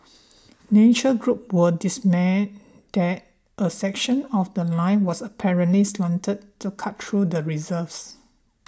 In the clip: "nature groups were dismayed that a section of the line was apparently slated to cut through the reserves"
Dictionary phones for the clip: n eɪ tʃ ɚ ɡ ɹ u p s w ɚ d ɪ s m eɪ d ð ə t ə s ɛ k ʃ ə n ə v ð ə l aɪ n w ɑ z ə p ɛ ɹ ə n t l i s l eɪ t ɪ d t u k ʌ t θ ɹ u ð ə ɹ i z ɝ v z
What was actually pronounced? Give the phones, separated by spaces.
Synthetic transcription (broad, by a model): n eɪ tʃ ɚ ɡ ɹ u p w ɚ d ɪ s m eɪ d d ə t ə s ɛ k ʃ ə n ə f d ə l aɪ n w ɑ s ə p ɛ ɹ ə n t l i s l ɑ t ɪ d t u k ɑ t t ɹ u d ə ɹ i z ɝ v s